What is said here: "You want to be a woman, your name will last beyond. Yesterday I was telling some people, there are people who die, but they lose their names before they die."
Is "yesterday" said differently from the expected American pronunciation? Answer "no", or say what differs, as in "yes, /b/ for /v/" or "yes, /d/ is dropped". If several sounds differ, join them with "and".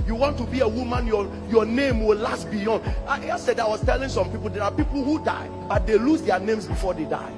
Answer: yes, /s/ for /t/